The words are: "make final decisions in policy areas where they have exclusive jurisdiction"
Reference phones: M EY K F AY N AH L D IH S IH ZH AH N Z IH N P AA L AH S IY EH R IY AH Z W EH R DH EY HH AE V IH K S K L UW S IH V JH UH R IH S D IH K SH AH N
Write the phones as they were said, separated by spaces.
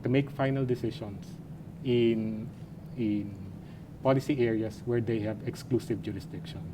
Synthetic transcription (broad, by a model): M EY K F AY N AH L D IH S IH SH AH N S IH N P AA L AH S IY EH R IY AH S W EH R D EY HH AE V IH K S K L UW S IH V JH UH R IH S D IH K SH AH N